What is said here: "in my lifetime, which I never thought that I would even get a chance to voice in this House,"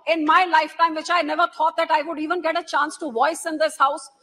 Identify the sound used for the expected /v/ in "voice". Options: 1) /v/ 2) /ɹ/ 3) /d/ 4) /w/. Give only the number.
1